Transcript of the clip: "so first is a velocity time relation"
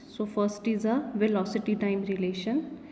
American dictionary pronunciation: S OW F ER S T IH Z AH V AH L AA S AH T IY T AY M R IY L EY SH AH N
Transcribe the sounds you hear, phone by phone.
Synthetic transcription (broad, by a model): S OW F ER S T IH Z AH V AH L AA S AH T IY T AY M R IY L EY SH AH N